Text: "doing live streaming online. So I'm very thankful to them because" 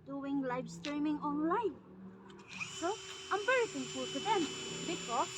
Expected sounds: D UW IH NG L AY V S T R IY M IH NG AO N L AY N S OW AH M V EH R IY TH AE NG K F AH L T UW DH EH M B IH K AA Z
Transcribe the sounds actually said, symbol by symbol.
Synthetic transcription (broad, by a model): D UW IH NG L AY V S T R IY M IH NG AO N L AY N S OW AH M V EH R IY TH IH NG F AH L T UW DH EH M B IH K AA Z